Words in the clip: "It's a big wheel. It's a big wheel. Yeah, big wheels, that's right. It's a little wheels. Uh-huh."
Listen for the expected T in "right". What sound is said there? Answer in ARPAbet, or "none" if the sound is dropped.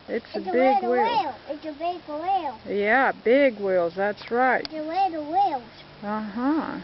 none